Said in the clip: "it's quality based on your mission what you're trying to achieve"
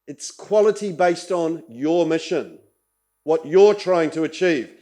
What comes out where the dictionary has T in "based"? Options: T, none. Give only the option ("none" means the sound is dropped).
T